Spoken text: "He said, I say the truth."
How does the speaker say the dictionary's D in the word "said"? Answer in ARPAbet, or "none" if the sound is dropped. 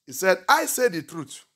D